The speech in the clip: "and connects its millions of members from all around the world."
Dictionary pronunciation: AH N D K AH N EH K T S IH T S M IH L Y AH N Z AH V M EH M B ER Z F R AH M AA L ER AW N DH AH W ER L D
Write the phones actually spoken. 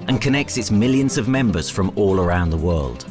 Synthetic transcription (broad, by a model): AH N K AH N EH K T S IH T S M IH L Y AH N Z AH V M EH M B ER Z F R AH M AA L ER AW N DH AH W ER L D